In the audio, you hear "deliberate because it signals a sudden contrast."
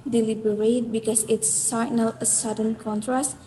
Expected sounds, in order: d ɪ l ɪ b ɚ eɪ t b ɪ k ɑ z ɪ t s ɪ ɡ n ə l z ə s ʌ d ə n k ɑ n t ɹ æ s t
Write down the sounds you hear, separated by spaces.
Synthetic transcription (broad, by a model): d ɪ l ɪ b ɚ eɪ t b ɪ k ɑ s ɪ t s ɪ n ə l ə s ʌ d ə n k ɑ n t ɹ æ s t